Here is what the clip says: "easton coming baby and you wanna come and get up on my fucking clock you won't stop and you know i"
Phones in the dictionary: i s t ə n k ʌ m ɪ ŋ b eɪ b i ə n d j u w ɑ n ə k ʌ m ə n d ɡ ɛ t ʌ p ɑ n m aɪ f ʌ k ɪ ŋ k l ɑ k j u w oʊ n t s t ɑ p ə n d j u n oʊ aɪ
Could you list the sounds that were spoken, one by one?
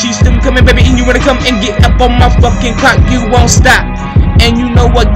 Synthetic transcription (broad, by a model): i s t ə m k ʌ m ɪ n b eɪ b i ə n j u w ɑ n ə k ʌ m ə n ɡ ɛ t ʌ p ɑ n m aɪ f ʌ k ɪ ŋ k ɑ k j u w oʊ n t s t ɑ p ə n j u n oʊ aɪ